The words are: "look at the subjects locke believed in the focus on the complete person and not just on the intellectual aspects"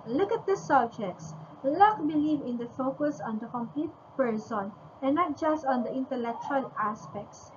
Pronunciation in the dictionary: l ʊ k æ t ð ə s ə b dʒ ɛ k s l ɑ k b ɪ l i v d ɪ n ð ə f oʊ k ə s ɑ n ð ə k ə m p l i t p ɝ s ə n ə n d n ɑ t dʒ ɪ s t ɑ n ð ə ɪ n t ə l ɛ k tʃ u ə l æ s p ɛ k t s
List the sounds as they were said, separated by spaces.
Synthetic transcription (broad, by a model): l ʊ k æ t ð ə s ə b dʒ ɛ k s l ɑ k b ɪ l i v ɪ n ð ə f oʊ k ə s ɑ n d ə k ə m p l i t p ɝ s ə n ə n n ɑ t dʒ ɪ s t ɑ n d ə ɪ n t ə l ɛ k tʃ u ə l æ s p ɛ k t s